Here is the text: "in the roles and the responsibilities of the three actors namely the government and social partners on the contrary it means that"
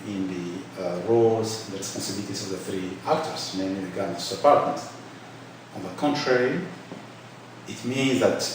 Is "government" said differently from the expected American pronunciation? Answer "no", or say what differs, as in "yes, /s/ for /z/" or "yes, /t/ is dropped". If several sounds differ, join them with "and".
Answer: yes, /t/ is dropped